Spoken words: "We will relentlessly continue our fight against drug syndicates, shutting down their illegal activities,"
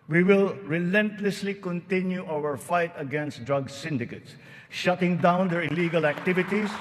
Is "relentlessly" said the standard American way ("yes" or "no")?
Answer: yes